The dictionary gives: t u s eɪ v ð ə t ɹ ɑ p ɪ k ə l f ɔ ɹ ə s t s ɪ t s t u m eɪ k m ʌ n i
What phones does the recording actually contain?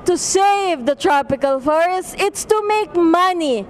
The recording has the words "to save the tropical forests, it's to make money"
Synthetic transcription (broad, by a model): t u s eɪ v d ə t ɹ ɑ p ɪ k ə l f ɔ ɹ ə s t ɪ t s t u m eɪ k m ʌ n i